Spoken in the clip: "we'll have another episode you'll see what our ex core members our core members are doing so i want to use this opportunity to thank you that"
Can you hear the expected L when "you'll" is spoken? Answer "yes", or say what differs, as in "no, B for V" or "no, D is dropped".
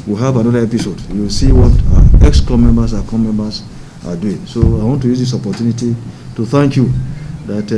no, W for L